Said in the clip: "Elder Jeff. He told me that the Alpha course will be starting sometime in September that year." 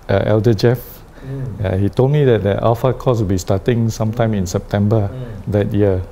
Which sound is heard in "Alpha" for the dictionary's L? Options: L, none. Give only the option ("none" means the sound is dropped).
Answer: none